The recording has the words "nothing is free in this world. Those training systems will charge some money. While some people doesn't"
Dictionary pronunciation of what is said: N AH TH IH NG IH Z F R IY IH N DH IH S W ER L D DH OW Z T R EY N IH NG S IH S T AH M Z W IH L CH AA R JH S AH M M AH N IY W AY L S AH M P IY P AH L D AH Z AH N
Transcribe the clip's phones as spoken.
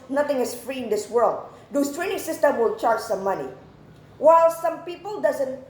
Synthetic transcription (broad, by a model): N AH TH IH NG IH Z F R IY IH N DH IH S W ER L D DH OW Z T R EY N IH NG S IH S T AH M W IH L CH AA R JH S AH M M AH N IY W AY L S AH M P IY P AH L D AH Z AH N